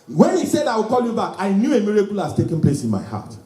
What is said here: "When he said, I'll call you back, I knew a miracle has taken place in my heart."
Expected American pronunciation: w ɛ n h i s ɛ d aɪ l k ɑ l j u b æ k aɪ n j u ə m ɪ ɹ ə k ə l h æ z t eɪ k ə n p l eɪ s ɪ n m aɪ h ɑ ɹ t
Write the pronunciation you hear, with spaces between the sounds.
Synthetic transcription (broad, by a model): w ɛ n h i s ɛ d aɪ w k ɑ l j u b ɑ k aɪ n j u ə m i ɹ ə k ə l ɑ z t eɪ k ə n p l eɪ s ɪ n m aɪ h ɑ t